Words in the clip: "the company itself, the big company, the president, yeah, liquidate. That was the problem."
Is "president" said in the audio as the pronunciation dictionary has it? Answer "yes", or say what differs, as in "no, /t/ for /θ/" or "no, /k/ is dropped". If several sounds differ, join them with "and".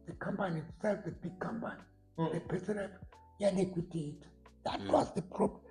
no, /ɹ/ is dropped and /s/ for /z/ and /n/ is dropped